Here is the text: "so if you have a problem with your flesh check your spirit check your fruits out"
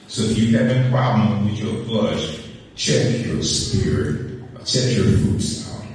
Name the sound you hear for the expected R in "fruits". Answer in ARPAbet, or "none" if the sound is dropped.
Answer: none